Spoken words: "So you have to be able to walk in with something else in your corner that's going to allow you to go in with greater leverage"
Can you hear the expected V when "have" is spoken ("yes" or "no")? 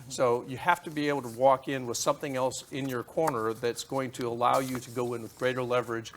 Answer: no